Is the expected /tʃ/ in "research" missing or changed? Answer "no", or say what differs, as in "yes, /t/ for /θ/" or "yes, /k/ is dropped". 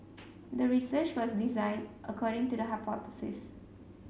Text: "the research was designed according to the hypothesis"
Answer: no